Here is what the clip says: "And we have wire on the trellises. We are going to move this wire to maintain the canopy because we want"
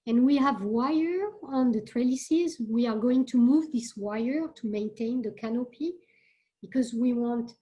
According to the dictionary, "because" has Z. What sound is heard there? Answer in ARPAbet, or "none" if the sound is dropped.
Z